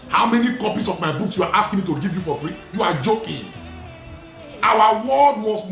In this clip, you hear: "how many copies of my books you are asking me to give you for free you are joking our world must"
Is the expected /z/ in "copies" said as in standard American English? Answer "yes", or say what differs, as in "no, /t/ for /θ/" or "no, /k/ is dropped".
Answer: no, /s/ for /z/